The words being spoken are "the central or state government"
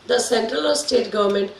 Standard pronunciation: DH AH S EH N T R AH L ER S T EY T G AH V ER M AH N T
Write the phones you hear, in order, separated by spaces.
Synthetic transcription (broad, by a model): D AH S EH N T R AH L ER S T EY T G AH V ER M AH N T